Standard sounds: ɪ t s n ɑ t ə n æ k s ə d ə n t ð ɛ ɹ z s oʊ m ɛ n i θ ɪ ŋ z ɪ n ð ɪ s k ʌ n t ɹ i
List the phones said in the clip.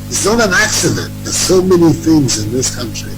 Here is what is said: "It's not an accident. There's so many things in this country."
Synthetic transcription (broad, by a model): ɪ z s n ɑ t ə n æ k s ə d ə n t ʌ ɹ s oʊ m ɛ n i θ ɪ ŋ z ɪ n ð ɪ s k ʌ n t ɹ i